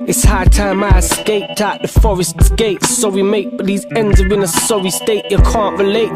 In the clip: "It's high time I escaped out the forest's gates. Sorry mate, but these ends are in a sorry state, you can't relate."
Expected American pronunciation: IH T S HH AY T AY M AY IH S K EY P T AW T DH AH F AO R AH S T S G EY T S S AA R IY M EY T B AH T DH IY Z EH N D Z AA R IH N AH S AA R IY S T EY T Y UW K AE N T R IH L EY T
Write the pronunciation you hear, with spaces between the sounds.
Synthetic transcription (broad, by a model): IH T S HH AY T AY M AY IH S K EY P T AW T DH AH F AO R AH S T S G EY T S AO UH W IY M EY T B AH T DH IY Z EH N D Z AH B IH N AH S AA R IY S T EY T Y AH K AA N T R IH L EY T